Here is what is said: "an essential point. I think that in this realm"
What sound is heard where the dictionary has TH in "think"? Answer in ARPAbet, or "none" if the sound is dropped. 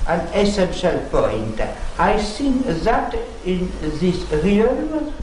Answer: S